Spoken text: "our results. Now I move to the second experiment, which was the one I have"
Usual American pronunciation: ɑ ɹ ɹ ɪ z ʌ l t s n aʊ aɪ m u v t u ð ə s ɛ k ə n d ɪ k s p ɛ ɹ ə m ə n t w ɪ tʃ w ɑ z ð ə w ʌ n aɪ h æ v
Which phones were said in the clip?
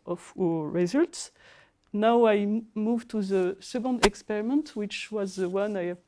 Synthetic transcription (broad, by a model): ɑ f ɹ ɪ z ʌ l t s n aʊ aɪ m u v t u ð ə s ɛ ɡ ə n d ɪ k s p ɛ ɹ ə m ə n t w ɪ tʃ w ɑ z ð ə w ʌ n aɪ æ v